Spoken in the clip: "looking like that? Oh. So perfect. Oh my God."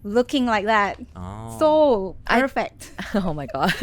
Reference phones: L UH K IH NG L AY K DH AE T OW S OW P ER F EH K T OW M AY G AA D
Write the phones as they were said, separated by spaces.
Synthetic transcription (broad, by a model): L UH K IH NG L AY K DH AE T OW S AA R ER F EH T OW M AY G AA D